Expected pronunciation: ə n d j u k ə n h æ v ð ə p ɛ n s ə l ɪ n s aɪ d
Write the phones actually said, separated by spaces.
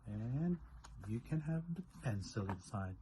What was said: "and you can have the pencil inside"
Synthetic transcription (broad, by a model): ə n j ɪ k ə n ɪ v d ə f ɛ n s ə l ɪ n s aɪ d